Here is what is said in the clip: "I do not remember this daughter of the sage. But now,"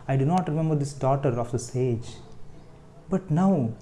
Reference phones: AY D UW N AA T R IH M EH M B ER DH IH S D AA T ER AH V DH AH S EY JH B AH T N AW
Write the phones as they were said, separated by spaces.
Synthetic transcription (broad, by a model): AY D UW N AA T R IH M EH M B ER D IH S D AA T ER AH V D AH S EY JH B AH T N AW